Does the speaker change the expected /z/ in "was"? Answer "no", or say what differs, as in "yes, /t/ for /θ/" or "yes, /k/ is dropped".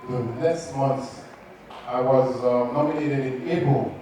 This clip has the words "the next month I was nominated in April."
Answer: no